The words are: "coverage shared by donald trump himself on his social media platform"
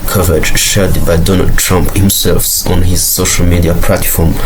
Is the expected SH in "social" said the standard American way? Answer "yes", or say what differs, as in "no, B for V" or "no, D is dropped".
yes